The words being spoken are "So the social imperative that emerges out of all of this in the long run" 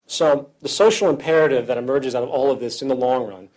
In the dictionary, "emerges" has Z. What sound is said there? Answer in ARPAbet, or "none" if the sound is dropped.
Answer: Z